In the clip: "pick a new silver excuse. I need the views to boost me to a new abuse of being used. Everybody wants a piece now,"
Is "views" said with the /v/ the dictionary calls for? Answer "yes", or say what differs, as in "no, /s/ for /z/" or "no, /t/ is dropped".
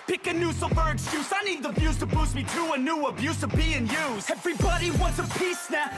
no, /b/ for /v/